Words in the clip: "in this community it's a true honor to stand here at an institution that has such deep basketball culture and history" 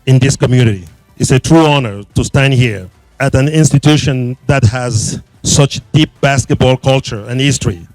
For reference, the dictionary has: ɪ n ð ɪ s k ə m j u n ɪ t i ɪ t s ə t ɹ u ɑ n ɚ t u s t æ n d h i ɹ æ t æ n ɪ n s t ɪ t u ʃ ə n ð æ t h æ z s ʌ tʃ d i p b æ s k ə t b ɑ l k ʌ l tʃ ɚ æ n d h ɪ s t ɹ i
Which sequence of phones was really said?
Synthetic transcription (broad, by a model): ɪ n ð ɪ s k ə m j u n ɪ t i ɪ t s ə t ɹ u ɑ n ɚ t u s t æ n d h i ɹ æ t æ n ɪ n s t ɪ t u ʃ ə n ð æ t h æ z s ʌ tʃ d i p b æ s k ə t b ɑ l k ʌ l tʃ ɚ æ n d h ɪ s t ɹ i